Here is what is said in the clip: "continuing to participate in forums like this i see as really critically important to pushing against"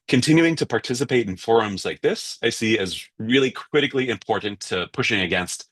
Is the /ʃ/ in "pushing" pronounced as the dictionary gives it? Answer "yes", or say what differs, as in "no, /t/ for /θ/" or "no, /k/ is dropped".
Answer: yes